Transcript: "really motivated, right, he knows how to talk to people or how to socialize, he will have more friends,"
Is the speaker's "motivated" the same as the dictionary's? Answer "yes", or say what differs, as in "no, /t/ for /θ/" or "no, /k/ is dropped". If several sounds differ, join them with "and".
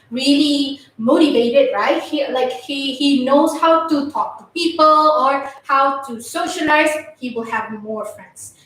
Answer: yes